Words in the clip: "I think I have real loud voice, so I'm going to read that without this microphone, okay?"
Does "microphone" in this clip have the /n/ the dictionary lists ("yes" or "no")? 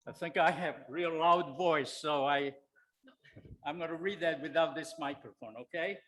yes